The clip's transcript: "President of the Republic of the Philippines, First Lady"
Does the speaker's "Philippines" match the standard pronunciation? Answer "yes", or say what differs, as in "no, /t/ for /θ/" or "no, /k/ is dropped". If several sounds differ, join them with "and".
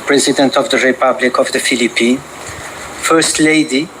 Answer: no, /z/ is dropped